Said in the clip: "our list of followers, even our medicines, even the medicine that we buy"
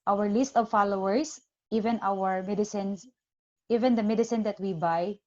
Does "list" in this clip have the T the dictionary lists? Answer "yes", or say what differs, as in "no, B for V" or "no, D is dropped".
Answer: yes